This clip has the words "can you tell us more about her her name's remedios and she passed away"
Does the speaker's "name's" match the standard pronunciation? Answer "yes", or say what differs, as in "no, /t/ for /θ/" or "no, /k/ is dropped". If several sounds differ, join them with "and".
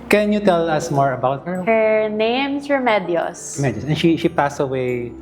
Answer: no, /s/ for /z/